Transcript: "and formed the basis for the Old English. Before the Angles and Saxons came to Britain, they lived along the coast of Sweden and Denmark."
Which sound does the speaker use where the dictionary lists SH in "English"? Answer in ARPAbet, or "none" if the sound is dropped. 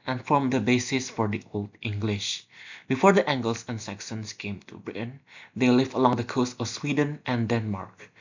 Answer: SH